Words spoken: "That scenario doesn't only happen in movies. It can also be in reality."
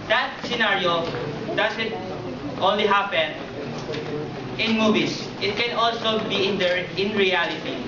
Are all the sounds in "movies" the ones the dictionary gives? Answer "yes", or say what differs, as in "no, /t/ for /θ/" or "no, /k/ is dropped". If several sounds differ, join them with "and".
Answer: no, /s/ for /z/